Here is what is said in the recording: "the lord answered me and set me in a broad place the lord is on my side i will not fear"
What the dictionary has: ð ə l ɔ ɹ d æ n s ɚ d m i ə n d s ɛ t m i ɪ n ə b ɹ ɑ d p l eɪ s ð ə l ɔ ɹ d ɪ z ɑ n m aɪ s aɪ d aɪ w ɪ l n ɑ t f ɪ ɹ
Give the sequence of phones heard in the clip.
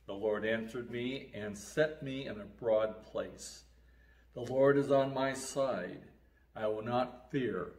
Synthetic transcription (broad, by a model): ð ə l ɔ ɹ d æ n s ɚ d m i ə n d s ɛ t m i ɪ n ə b ɹ ɑ d p l eɪ s ð ə l ɔ ɹ d ɪ z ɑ n m aɪ s aɪ d aɪ w ɪ l n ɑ t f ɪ ɹ